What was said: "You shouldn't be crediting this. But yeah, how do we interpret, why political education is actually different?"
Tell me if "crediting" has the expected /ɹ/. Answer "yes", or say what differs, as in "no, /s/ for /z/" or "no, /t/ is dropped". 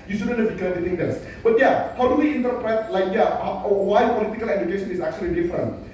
no, /ɹ/ is dropped